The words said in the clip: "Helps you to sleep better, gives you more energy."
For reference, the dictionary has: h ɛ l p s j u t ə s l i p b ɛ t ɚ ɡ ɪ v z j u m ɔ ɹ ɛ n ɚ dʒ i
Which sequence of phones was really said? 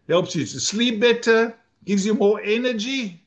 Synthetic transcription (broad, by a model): h ɛ l p s j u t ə s l i p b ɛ t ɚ ɡ ɪ v z j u m ɔ ɹ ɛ n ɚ dʒ i